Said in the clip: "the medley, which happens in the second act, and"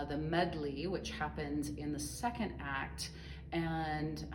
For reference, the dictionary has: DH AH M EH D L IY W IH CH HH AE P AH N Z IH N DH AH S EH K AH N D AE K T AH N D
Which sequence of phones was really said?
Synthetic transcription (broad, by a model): DH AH M EH D L IY W IH CH HH AE P AH N Z IH N DH AH S EH K AH N D AE K T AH N